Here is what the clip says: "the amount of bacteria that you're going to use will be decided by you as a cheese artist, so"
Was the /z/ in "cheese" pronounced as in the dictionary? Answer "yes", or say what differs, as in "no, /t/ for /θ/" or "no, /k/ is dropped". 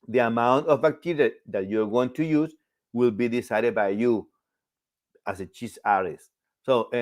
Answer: no, /s/ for /z/